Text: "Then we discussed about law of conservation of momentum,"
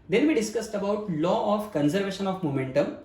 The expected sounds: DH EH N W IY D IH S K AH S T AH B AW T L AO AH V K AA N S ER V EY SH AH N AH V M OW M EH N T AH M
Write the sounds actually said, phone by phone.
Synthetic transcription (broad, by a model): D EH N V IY D IH S K AH S T AH B AW T L AO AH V K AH N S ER V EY SH AH N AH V M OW M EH N T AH M